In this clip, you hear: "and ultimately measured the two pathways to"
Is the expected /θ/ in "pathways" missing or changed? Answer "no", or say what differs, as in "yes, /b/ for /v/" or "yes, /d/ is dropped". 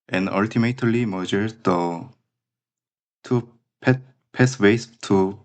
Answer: yes, /s/ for /θ/